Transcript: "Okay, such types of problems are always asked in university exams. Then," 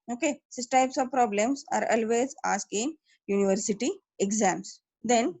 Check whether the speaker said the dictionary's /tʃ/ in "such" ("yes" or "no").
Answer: no